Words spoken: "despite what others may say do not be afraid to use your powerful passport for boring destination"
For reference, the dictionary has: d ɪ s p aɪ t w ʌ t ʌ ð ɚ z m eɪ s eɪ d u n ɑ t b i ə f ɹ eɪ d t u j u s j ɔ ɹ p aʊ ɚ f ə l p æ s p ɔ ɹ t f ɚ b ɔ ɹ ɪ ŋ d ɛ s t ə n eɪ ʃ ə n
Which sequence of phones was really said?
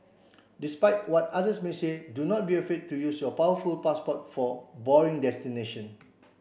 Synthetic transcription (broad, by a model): d ɪ s p aɪ t w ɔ t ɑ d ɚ s m eɪ s eɪ d u n ɑ t b i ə f eɪ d t u j u s j ɔ p aʊ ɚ f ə l p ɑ s p ɔ t f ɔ b ɔ ɹ ɪ ŋ d ɛ s t ə n eɪ ʃ ə n